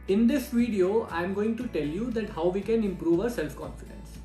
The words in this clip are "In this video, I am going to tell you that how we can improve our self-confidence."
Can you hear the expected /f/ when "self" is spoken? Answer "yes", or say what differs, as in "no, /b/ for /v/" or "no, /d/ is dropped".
yes